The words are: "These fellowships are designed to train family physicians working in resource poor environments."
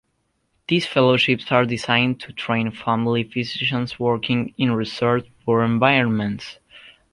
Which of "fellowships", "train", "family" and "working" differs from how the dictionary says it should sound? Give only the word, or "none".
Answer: none